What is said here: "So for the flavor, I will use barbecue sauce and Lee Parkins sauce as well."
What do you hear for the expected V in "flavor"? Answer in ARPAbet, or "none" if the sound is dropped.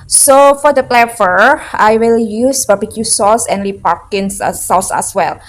F